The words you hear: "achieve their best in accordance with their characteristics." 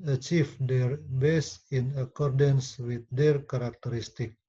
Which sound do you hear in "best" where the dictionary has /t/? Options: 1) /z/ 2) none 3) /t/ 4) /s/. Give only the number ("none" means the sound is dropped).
2